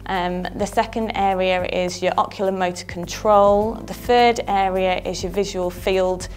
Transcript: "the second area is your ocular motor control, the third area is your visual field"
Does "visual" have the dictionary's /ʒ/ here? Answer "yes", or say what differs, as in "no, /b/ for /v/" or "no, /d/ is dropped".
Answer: yes